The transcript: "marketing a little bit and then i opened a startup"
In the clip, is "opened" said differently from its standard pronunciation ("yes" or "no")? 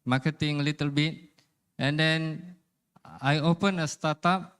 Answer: yes